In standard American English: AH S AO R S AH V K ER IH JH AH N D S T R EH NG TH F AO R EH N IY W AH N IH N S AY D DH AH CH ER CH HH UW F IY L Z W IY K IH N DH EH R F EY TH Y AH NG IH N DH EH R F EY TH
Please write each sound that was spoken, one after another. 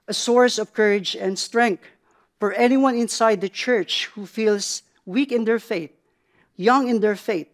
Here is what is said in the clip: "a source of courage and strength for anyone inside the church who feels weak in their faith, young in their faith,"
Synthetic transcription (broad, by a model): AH S AO R S AH V K ER IH JH AH N D S T R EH NG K F AO R EH N IY W AH N IH N S AY D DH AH CH ER CH HH UW F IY L S W IY K IH N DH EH R F EY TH Y AH NG IH N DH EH R F EY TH